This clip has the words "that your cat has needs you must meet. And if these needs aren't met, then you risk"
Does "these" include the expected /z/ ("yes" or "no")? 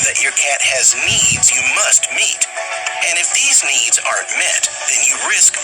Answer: yes